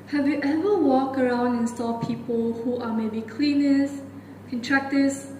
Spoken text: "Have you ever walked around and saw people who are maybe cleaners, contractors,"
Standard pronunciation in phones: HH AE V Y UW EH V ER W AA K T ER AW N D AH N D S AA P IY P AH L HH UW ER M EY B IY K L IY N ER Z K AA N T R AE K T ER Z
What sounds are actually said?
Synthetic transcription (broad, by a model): HH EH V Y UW EH V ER W AA K ER AW N D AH N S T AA P IY P AH L HH UW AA M EY B IY K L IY N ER S K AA N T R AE K T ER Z